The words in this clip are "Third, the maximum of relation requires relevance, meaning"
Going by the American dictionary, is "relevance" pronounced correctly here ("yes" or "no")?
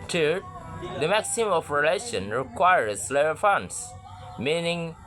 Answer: no